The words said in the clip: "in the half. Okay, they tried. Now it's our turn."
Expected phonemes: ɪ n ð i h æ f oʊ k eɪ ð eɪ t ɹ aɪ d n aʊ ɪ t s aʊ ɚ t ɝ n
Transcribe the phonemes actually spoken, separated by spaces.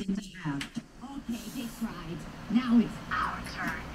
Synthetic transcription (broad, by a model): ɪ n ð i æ oʊ k eɪ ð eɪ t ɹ aɪ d n aʊ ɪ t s aʊ ɚ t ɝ